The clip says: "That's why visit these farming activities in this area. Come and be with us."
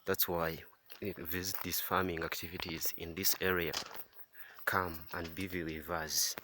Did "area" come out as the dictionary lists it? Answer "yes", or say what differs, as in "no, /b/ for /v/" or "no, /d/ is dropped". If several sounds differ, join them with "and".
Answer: yes